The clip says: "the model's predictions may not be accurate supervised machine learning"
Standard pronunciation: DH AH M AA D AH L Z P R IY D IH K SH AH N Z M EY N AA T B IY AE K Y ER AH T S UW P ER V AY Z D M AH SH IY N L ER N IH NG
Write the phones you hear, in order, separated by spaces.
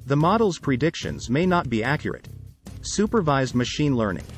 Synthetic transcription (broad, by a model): DH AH M AA D L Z P R IY D IH K SH AH N Z M EY N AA T B IY AE K Y ER AH T S UW P ER V AY Z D M AH SH IY N L ER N IH NG